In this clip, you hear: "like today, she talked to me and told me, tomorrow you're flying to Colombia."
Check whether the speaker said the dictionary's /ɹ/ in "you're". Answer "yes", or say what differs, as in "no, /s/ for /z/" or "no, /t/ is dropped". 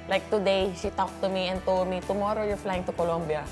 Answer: yes